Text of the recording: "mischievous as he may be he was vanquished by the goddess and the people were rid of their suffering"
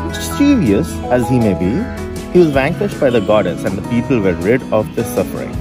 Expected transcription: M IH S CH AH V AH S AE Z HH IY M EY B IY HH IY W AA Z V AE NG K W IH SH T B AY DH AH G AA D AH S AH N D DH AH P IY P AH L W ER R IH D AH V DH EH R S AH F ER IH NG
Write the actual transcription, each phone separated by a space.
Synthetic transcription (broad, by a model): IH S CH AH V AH S AE Z HH IY M EY B IY HH IY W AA Z V AE NG K W IH SH T B AY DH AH G AA D AH S AH N D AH P IY P AH L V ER R IH D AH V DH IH S AH F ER IH NG